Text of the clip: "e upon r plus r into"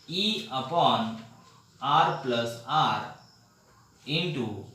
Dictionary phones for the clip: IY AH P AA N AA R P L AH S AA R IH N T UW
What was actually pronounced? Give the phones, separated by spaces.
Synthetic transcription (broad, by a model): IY AH P AA N AA R P L AH S AA R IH N T UW